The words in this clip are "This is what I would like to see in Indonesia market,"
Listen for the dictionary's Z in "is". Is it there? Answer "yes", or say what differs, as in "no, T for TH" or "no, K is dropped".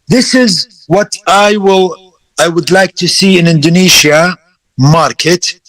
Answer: yes